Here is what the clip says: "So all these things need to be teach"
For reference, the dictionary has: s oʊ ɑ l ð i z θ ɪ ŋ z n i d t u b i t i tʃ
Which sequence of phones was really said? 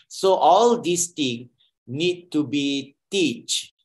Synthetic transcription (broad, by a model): s oʊ ɑ l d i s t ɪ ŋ n i d t u b i t i tʃ